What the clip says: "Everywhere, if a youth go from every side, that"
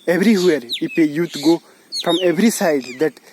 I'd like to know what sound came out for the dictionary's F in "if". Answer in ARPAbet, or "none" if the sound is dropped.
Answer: P